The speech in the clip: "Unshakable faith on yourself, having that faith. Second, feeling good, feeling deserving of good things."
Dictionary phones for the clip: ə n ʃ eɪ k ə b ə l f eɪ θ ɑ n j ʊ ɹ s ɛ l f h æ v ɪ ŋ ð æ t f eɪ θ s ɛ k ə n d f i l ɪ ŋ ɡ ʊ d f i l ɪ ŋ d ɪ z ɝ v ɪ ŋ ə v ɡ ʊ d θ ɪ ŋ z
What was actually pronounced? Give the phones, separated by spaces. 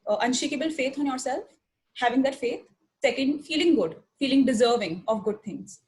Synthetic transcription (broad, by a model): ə n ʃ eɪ k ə b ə l f eɪ t ɑ n j ʊ ɹ s ɛ l f h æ v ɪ ŋ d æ t f eɪ t s ɛ k ə n d f i l ɪ ŋ ɡ ʊ d f i l ɪ ŋ d ɪ z ɝ v ɪ ŋ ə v ɡ ʊ d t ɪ ŋ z